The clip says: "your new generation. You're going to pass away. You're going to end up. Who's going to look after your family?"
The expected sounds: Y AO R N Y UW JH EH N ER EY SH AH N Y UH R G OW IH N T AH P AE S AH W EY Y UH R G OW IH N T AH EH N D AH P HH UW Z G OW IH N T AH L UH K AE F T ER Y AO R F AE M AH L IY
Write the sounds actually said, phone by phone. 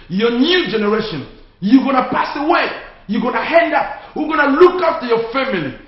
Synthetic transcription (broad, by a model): Y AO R N Y UW JH EH N ER EY SH AH N Y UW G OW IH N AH P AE S AH W EY Y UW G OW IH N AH EH N D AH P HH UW G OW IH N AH L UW K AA F T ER Y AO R F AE M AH L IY